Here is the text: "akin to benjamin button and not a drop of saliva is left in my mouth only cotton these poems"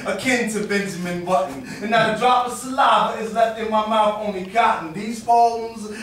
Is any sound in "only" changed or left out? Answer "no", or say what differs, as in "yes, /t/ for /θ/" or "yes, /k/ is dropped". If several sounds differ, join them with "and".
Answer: yes, /l/ is dropped